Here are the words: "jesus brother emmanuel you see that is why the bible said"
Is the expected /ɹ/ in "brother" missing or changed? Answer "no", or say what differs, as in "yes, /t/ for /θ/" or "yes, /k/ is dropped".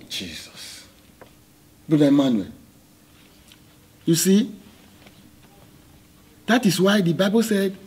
yes, /ɹ/ is dropped